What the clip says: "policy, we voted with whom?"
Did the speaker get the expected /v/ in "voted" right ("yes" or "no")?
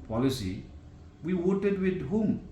no